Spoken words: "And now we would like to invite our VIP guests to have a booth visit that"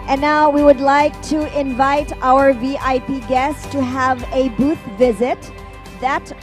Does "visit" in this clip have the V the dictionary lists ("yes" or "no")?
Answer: yes